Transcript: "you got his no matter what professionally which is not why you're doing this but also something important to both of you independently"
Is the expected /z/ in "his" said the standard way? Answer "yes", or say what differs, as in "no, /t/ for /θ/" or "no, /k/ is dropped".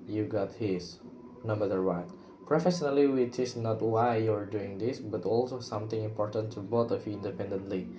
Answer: no, /s/ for /z/